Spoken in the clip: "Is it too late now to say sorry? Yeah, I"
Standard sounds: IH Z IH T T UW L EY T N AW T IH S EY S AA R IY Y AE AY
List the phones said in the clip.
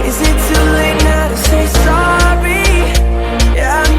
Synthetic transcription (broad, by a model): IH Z IH T S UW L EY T N AW T IH S EY S AA R IY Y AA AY